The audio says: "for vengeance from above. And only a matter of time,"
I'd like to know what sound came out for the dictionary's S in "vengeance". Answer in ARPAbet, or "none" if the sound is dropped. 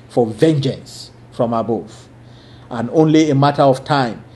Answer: S